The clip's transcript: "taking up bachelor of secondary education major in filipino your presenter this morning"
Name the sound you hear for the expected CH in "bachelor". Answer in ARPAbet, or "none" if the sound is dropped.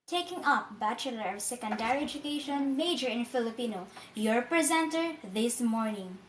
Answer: CH